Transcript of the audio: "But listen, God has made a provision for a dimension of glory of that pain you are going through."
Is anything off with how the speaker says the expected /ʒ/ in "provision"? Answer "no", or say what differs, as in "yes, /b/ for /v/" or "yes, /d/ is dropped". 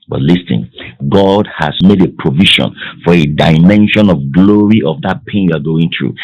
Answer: yes, /ʃ/ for /ʒ/